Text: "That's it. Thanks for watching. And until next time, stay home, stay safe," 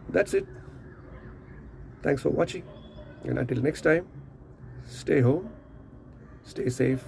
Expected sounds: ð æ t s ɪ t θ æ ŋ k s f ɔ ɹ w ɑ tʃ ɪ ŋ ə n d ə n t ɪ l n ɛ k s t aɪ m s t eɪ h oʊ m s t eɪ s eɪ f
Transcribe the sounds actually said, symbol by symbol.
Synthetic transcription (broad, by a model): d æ t s ɪ t t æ ŋ k s f ɔ ɹ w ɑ tʃ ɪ ŋ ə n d ə n t ɪ l n ɛ k s t aɪ m s t eɪ h oʊ m s t eɪ s eɪ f